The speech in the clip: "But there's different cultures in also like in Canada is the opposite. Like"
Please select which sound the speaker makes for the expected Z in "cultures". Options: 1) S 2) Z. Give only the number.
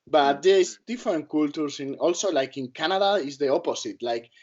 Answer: 1